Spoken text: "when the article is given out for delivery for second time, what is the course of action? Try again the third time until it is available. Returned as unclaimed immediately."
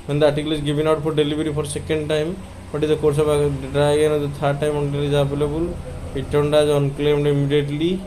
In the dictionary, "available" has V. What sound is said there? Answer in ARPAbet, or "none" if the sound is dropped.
B